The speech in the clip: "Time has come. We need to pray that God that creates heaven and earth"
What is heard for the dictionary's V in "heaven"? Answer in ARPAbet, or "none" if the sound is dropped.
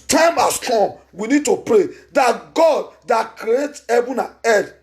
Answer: B